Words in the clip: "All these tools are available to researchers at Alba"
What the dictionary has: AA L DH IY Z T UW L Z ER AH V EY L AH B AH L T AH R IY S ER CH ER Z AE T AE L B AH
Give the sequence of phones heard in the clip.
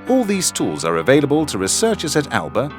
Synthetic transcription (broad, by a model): AA L DH IY Z T UW L Z ER AH V EY L AH B AH L T AH R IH S ER CH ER S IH T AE L B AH